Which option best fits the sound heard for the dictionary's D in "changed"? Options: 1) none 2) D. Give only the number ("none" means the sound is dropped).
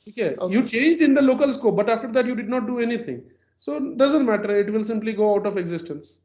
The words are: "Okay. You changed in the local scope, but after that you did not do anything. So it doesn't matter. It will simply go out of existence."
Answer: 2